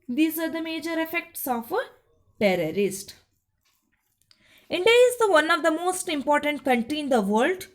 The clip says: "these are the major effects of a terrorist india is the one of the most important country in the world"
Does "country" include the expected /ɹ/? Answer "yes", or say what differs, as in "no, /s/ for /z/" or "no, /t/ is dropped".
no, /ɹ/ is dropped